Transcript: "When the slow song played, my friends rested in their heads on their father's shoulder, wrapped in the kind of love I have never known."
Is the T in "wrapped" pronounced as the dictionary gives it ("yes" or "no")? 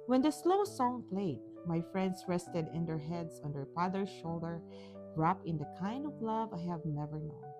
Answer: no